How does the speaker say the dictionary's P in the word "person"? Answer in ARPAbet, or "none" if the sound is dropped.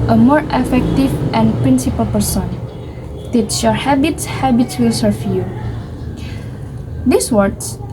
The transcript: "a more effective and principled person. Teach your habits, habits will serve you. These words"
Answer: P